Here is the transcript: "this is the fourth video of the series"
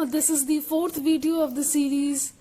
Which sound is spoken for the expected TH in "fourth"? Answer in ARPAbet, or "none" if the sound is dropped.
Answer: T